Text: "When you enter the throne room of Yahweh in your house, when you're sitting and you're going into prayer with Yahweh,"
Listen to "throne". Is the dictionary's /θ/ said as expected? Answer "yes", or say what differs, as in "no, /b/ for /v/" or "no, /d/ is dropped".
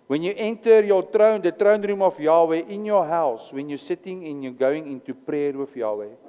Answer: no, /t/ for /θ/